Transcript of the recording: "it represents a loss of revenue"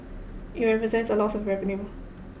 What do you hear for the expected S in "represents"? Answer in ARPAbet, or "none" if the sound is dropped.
S